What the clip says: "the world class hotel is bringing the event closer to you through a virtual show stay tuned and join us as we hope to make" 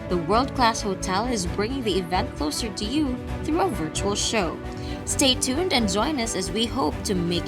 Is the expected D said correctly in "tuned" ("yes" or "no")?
yes